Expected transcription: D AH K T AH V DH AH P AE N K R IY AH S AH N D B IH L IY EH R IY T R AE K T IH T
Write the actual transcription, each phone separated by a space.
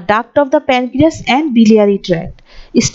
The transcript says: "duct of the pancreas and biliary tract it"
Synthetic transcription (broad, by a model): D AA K T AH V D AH P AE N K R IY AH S AH N D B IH L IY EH R IY T R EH T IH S